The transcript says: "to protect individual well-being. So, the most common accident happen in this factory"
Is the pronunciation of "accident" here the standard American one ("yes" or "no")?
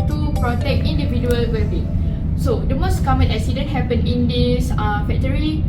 no